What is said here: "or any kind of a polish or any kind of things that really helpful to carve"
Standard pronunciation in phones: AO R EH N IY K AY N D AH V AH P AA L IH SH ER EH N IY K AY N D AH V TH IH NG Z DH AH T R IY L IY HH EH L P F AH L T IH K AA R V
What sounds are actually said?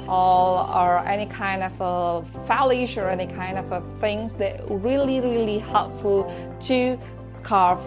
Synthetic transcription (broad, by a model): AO R EH N IY K AY N D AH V AH F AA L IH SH ER EH N IY K AY N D AH V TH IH NG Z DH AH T R IY L IY HH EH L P F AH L T IH K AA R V